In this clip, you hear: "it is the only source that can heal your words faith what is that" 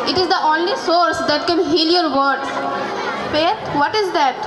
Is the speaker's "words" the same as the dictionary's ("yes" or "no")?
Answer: no